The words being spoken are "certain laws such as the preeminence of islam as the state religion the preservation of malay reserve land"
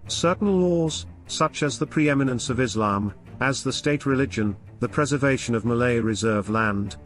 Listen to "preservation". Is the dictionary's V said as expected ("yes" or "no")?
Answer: yes